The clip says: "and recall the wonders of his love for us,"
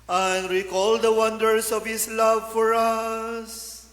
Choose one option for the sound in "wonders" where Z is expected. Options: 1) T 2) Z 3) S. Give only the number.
3